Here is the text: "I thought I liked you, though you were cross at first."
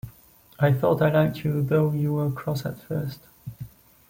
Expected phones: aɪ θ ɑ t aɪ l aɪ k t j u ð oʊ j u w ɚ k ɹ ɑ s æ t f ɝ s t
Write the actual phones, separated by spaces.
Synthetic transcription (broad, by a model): aɪ θ ɑ t aɪ l aɪ k t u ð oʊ j u w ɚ k ɹ ɑ s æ t f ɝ s t